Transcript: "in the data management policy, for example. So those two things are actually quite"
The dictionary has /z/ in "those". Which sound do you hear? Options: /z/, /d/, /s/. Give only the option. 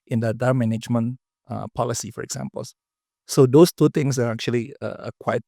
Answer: /s/